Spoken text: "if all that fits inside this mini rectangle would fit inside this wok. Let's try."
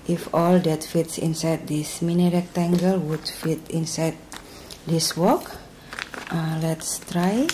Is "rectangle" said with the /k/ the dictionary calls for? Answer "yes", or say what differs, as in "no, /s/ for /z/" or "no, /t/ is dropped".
yes